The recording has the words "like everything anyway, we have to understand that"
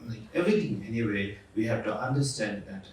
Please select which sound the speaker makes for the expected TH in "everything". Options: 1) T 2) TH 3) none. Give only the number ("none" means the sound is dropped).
1